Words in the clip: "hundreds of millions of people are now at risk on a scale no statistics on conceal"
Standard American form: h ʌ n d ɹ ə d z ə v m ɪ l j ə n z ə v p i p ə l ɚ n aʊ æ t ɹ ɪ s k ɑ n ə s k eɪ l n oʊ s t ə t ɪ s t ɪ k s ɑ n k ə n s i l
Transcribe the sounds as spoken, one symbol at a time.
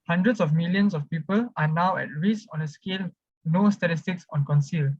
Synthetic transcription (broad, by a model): h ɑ n d ɹ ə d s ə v m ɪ l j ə n s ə f p i p ə l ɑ n aʊ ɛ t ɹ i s ɑ n ə s k eɪ l n oʊ s t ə t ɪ s t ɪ k s ɑ n k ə n s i l